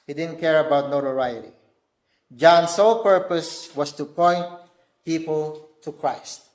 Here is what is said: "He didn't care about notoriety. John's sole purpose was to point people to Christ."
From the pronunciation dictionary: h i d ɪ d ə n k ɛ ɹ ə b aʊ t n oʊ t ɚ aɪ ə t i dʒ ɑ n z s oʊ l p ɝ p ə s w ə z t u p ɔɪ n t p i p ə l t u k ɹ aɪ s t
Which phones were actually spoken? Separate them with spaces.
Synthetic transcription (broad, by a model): h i d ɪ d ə n k ɛ ɹ ə b aʊ t n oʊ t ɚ aɪ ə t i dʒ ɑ n s oʊ l p ɝ p ə s w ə s t u p ɔɪ n t p i p ə l t u k ɹ aɪ s t